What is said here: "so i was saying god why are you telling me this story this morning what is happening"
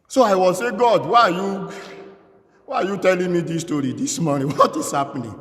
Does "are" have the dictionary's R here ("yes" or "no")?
no